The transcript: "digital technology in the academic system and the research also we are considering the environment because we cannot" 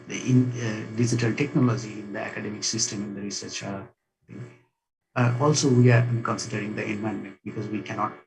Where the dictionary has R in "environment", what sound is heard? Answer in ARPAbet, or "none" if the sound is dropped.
none